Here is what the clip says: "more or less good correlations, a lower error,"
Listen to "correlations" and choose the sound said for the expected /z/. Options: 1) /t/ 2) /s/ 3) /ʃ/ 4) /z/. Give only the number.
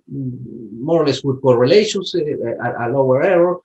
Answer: 2